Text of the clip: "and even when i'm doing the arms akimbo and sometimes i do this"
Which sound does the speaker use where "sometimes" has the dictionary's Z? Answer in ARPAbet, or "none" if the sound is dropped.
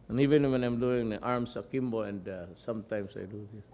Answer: S